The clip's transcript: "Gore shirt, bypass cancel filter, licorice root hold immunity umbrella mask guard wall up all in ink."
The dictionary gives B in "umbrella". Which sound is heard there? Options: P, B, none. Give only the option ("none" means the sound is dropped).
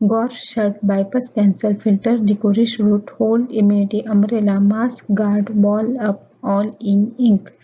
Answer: none